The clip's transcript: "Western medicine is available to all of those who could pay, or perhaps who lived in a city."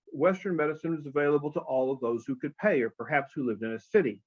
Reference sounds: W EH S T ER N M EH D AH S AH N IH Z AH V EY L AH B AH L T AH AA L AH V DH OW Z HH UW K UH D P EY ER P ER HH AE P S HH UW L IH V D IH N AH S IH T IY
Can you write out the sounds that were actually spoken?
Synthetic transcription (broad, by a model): W EH S T ER N M EH D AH S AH N IH Z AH V EY L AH B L T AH AA L AH V DH OW Z HH UW K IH D P EY ER P ER HH AE P S HH UW L IH V D IH N AH S IH T IY